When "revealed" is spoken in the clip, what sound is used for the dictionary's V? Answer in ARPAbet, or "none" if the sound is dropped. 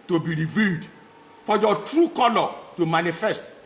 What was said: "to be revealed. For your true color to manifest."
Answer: V